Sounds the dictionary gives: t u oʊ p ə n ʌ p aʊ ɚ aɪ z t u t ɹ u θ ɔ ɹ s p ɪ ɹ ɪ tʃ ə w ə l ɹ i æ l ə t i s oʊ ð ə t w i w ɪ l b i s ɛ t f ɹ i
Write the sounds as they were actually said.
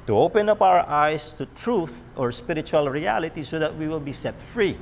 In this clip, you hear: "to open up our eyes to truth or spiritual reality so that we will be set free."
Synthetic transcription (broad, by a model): t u oʊ p ə n ʌ p aʊ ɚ aɪ s t u t ɹ u θ ɔ ɹ s p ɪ ɹ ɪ tʃ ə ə l ɹ i æ l ə t i s oʊ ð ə t w i w ɪ l b i s ɛ t f ɹ i